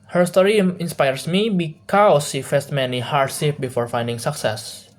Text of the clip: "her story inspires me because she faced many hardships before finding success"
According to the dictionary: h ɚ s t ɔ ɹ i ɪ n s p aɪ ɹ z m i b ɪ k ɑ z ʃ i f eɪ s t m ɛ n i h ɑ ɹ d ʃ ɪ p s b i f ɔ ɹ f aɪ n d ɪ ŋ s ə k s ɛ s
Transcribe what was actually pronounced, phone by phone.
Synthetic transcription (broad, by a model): h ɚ s t ɔ ɹ i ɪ n s p aɪ ɹ s m i b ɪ k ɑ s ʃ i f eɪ s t m ɛ n i h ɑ ɹ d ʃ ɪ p b i f ɔ ɹ f aɪ n d ɪ ŋ s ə k s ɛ s